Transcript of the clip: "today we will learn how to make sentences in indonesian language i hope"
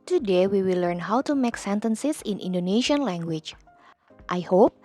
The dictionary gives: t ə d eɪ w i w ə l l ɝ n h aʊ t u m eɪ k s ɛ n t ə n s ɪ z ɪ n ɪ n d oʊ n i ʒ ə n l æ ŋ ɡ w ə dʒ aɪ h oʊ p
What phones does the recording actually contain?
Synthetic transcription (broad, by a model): t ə d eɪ w i w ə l l ɝ n h aʊ t u m eɪ k s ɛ n t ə n s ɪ s ɪ n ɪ n d oʊ n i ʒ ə n l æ ŋ ɡ w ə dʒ aɪ h oʊ p